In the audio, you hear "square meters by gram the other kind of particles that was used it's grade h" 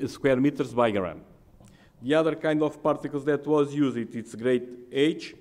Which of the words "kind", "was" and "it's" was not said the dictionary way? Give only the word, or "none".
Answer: none